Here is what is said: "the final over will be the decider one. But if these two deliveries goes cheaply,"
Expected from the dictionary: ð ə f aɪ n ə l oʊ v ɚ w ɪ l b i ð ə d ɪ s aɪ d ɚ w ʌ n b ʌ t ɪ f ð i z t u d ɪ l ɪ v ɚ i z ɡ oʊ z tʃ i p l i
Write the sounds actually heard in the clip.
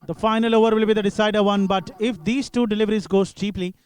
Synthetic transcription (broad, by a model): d ə f aɪ n ə l oʊ v ɚ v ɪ l b i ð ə d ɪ s aɪ d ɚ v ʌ n b ʌ t ɪ f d i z t u d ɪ l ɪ v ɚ i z ɡ oʊ s tʃ i p l i